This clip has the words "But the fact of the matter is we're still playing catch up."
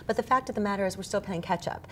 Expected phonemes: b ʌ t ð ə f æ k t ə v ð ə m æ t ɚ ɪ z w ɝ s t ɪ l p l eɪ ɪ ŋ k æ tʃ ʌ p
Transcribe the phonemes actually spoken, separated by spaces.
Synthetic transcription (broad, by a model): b ʌ t ð ə f æ k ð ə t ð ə m æ t ɚ ɪ z w ɝ s t ɪ l p eɪ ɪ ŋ k æ tʃ ʌ p